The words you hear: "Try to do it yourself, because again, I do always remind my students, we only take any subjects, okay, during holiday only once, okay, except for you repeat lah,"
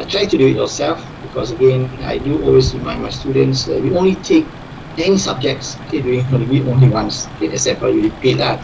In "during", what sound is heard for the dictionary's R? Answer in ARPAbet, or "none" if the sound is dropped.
none